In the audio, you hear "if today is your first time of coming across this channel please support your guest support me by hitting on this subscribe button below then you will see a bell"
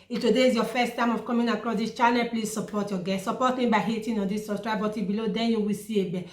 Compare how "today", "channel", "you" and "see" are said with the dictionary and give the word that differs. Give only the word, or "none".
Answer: channel